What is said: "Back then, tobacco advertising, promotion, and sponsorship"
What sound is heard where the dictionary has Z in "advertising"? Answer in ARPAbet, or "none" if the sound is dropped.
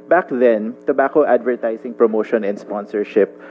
S